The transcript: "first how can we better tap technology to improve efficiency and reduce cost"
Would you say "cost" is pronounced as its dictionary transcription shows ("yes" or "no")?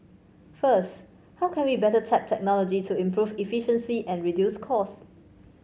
no